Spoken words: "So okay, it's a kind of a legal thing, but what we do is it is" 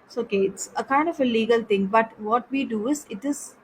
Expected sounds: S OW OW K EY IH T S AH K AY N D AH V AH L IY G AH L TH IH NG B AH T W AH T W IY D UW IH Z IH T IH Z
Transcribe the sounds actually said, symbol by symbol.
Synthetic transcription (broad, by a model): S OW OW K EY IH T S AH K AY N D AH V AH L IY G AH L T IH NG B AH T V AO T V IY D UW IH Z IH T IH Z